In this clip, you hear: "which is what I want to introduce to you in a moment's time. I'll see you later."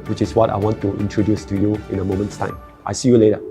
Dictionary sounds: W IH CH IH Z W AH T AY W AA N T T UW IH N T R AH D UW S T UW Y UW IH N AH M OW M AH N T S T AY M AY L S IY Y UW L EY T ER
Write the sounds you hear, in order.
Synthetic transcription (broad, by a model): W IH CH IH S W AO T AY W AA N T T UW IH N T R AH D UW S T UW Y UW IH N AH M OW M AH N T S T AY M AY S IY Y UW L EY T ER